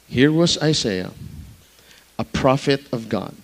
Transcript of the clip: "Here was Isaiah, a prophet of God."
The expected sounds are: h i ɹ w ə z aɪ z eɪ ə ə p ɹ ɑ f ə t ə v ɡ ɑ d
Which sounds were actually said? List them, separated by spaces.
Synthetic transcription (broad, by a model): h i ɹ w ə z aɪ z eɪ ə ə p ɹ ɑ f ə t ə v ɡ ɑ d